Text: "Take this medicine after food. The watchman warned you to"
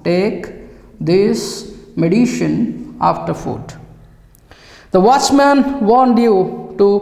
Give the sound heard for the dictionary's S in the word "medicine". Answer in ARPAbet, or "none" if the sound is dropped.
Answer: SH